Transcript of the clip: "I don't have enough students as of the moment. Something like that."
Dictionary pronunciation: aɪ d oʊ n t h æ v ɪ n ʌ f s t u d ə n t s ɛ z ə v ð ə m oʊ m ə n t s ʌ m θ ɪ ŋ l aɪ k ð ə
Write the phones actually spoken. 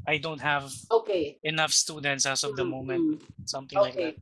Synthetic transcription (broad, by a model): aɪ d oʊ n t h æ v ɪ n ʌ f s t u d ə n t s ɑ s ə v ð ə m oʊ m ə n t s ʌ m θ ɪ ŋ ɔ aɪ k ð